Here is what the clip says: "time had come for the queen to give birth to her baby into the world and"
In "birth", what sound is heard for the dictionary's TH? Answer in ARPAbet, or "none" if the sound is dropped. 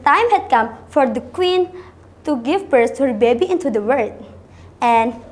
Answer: S